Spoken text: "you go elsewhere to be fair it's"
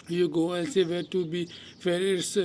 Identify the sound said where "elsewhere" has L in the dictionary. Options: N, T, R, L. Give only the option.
N